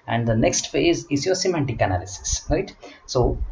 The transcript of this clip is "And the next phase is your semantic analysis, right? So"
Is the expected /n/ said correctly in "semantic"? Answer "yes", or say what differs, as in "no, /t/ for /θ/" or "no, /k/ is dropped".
yes